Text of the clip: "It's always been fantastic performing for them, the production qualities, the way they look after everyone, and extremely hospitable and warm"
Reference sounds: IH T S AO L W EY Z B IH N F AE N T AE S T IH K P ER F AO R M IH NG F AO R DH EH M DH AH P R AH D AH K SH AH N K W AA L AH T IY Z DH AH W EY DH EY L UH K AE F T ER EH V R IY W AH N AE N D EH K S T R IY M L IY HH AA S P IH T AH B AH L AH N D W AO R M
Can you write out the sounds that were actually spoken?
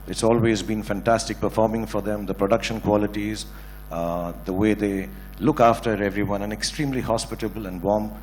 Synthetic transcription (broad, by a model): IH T S AO L W EY Z B IH N F AE N T AE S T IH K P ER F AO R M IH NG F AO R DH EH M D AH P R AH D AH K SH AH N K W AA L AH T IY Z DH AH W EY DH EY L UH K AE F T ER EH V R IY W AH N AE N EH K S T R IY M L IY HH AA S P IH T AH B AH L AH N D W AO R M